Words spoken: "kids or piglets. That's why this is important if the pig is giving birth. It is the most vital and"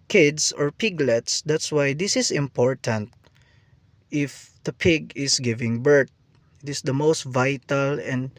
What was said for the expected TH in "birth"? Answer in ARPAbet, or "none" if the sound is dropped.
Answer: T